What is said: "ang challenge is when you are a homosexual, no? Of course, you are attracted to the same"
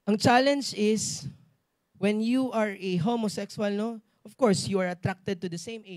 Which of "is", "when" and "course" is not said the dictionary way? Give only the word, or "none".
is